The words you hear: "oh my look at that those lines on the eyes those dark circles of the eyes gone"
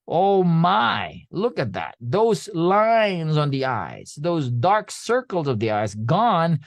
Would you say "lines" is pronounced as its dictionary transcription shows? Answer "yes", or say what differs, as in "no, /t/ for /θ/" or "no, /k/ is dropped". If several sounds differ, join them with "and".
yes